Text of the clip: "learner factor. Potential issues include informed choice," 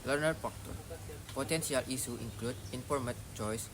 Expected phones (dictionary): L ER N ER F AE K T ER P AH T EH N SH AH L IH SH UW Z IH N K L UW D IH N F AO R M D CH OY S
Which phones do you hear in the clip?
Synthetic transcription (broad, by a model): L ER N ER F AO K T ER P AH T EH N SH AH L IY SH UW IH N K L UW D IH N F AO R M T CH OY S